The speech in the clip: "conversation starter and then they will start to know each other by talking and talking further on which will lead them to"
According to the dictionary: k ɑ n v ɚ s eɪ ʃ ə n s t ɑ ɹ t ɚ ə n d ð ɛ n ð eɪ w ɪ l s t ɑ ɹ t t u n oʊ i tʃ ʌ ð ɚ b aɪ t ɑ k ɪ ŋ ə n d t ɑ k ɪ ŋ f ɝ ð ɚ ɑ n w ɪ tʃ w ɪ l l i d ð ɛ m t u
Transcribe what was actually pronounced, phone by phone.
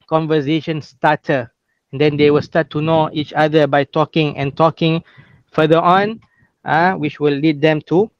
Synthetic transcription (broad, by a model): k ɑ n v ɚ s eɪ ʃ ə n s t ɑ t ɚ ə n d ɛ n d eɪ w ɪ l s t ɑ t t u n oʊ i tʃ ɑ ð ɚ b aɪ t ɑ k ɪ ŋ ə n t ɑ k ɪ ŋ f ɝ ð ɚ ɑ n w ɪ tʃ w ɪ l l i d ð ɛ m t u